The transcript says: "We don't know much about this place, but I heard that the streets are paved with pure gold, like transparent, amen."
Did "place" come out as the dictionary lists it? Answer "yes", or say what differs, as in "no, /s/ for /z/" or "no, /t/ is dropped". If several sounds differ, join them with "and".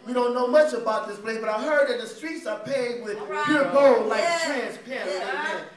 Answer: no, /s/ is dropped